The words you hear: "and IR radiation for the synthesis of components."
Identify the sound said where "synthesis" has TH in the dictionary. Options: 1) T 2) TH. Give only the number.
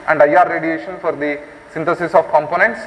1